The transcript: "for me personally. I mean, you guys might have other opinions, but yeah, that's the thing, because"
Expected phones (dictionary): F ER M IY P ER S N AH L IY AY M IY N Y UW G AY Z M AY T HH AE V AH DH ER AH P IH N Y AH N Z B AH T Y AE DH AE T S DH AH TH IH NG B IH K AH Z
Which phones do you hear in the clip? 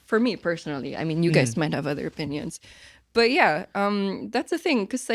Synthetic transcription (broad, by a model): F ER M IY P ER S N L IY AY M IY N Y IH G AY Z M AY T HH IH V AH DH ER AH P IH N Y AH N Z B AH T Y AE DH AE T S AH TH IH NG K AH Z